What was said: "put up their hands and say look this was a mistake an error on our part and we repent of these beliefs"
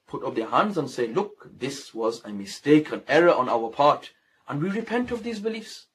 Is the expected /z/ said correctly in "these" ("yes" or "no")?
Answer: yes